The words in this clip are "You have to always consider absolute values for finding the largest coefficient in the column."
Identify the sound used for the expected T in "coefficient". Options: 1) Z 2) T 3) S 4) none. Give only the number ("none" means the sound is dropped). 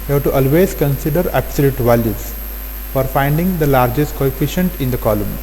2